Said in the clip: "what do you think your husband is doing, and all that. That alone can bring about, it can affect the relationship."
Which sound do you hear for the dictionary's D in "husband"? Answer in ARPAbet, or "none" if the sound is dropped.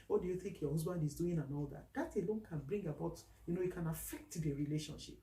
D